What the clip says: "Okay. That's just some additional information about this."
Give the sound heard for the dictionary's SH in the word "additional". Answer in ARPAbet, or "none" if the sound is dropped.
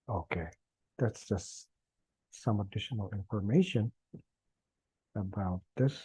SH